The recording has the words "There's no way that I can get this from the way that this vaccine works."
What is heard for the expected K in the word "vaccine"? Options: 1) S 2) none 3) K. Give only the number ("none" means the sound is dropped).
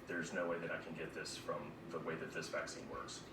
3